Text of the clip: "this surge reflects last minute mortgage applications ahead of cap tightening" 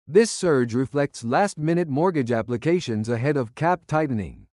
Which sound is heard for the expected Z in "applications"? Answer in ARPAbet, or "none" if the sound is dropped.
Z